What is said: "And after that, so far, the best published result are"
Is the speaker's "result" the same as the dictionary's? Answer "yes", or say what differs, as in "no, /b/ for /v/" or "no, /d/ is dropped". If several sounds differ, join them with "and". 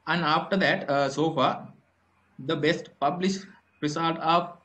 no, /s/ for /z/